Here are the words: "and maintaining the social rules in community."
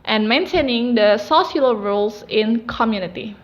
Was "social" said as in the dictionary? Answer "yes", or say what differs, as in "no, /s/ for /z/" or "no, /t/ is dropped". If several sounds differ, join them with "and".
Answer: no, /s/ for /ʃ/